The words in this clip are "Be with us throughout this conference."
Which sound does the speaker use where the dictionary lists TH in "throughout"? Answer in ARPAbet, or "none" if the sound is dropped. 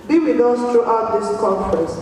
T